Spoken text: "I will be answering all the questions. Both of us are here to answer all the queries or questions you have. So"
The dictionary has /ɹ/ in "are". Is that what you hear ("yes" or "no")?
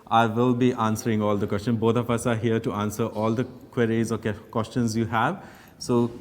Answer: yes